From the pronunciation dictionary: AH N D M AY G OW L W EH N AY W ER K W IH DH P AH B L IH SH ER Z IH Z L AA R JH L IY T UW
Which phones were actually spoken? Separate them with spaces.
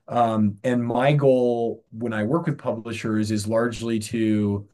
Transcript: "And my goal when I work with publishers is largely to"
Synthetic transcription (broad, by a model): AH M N M AY G OW L W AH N AY W ER K W IH DH P AH B L IH SH ER Z IH Z L AA R JH L IY T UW